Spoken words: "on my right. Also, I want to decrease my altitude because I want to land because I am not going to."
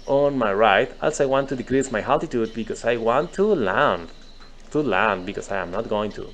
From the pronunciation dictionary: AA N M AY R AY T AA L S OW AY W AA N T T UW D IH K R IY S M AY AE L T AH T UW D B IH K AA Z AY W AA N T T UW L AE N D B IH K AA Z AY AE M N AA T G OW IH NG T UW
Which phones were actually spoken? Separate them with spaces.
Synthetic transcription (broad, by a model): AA N M AY R AY T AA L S AY W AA N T T UW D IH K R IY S M AY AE T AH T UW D B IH K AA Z AY W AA N T T UW L AE N D B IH K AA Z AY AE M N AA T G OW IH NG T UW